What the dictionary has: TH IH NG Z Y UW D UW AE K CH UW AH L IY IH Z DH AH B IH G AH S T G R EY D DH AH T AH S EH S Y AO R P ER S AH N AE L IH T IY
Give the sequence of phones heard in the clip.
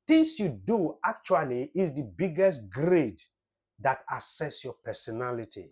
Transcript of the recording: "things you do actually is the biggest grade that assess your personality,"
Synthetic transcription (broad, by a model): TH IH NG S Y UW D UW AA K CH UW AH L IY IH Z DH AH B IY G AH S T G R EY D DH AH T AH S EH S Y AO P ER S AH N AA L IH T IY